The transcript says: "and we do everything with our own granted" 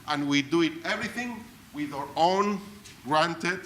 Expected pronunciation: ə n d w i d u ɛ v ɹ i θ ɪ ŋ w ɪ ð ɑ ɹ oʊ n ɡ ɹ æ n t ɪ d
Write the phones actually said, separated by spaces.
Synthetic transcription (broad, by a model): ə n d w i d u ɛ v ɹ i θ ɪ ŋ w ɪ ð ɑ ɹ oʊ n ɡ ɹ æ n t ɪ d